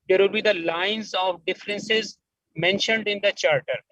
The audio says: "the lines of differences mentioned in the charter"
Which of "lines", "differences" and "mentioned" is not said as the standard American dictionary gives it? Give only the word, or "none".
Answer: none